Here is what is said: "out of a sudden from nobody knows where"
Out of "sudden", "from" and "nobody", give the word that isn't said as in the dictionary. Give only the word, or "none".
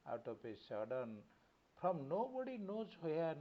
from